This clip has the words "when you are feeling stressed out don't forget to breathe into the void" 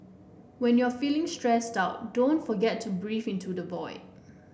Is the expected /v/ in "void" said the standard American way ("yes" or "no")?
no